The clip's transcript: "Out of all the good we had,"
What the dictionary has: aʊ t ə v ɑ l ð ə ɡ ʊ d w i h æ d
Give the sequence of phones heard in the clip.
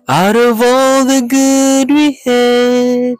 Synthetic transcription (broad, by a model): aʊ t ə v ɑ l ð ə ɡ ʊ d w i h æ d